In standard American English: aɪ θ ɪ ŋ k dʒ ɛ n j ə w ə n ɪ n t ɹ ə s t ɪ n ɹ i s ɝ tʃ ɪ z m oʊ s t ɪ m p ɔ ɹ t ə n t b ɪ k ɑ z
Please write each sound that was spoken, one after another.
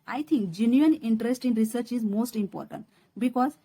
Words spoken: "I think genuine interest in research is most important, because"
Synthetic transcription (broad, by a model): aɪ t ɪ ŋ k dʒ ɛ n j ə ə n ɪ n t ɹ ə s t ɪ n ɹ i s ɝ tʃ ɪ z m oʊ s t ɪ m p ɔ ɹ t ə n t b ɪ k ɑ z